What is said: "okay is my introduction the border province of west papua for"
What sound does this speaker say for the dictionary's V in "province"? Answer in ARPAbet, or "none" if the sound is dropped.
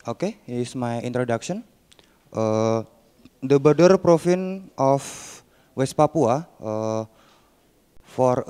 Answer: F